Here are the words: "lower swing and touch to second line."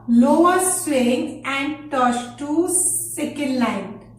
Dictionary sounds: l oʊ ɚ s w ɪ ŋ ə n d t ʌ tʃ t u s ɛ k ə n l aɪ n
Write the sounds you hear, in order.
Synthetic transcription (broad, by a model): l oʊ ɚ s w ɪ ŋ ə n d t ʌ s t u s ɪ k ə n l aɪ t